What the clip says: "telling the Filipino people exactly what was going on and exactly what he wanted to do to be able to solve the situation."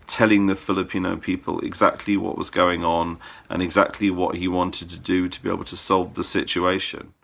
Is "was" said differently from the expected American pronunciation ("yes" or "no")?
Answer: no